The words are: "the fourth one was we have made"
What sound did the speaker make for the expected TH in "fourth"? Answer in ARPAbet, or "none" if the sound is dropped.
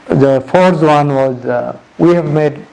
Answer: S